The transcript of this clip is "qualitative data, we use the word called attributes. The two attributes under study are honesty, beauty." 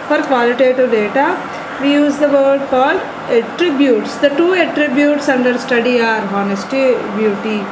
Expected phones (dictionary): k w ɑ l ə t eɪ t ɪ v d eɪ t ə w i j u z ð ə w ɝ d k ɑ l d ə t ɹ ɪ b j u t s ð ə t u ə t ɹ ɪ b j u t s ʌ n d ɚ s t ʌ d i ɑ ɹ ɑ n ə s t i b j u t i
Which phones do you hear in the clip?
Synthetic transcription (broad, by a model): k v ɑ l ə t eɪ t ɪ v d eɪ t ə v i j u z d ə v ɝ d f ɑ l ə t ɹ ɪ b j u t s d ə t u ə t ɹ ɪ b j u t s ʌ n d ɚ s t ʌ d i ɑ ɹ ɑ n ə s t i b j u t i